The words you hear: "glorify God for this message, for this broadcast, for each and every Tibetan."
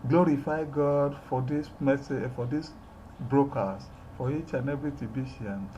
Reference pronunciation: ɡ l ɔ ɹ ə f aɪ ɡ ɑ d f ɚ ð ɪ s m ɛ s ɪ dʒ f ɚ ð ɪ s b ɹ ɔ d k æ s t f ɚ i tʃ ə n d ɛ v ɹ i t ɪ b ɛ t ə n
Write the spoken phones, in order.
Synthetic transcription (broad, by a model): ɡ l ɔ ɹ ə f aɪ ɡ ɑ d f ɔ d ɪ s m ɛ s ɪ f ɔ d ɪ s b ɹ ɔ k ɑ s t f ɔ i tʃ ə n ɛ b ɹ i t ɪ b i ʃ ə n